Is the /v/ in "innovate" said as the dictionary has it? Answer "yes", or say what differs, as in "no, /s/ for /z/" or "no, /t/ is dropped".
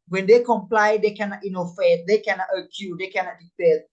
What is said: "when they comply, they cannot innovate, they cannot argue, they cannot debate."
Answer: no, /f/ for /v/